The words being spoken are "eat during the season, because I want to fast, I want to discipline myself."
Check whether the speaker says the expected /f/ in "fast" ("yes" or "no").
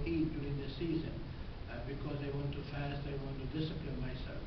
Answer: yes